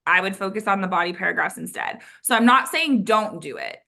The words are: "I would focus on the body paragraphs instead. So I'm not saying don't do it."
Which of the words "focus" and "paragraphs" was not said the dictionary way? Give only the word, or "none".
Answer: none